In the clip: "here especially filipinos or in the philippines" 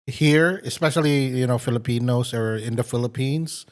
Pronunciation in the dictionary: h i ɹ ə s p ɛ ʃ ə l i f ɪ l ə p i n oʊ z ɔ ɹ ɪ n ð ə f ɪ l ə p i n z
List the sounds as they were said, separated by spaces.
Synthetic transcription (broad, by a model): h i ɹ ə s p ɛ ʃ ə l i f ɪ l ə p i n oʊ s ɔ ɹ ɪ n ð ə f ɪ l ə p i n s